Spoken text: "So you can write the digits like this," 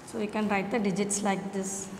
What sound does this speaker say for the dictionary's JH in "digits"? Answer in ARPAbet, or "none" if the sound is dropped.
JH